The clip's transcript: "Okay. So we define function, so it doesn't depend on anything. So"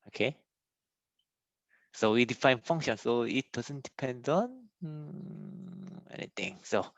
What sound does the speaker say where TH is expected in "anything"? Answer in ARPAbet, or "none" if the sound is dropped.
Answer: T